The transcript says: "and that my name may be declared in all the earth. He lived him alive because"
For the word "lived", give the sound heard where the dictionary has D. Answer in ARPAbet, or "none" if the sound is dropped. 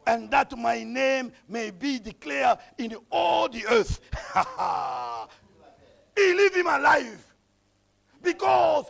none